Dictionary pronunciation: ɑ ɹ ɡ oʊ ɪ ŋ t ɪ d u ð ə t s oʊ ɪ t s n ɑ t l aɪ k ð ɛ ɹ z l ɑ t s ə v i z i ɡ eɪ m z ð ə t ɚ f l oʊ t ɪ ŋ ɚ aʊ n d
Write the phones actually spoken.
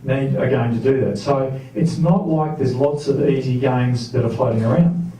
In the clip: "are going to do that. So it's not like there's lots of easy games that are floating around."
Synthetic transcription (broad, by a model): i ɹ ɡ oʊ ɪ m t ɪ d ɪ ð ə t s oʊ ɪ t s n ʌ t l aɪ k ð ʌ ɹ z l ɑ t s ə v i z i ɡ eɪ m z ð ə t ɚ f l oʊ t ɪ ŋ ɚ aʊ n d